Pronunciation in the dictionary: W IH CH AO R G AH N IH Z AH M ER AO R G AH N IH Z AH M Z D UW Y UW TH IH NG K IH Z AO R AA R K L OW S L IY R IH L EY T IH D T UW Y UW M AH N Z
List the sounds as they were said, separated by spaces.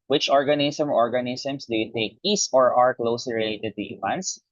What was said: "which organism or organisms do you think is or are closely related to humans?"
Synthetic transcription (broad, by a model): W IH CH AO R G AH N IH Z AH M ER AO R G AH N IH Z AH M S D UW Y UW T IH K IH S AO R AA R K L OW S L IY R IH L EY T IH D T UW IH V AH N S